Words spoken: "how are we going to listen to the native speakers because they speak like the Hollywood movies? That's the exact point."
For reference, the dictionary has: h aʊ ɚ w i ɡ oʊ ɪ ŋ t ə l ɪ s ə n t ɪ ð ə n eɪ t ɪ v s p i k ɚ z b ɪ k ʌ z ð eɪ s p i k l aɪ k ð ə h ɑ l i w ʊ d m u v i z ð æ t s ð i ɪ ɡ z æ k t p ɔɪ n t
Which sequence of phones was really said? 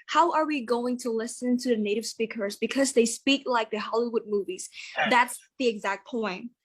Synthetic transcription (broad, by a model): h aʊ ɚ w i ɡ oʊ ɪ ŋ t ə l ɪ s ə n t ɪ ð ə n eɪ t ɪ v s p i k ɚ z b ɪ k ʌ z ð eɪ s p i k l aɪ k ð ə h ɑ l i w ʊ d m u v i z ð æ t s ð i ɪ ɡ z æ k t p ɔɪ n t